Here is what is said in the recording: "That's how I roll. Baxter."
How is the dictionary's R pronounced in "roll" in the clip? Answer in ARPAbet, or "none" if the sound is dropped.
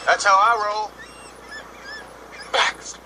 R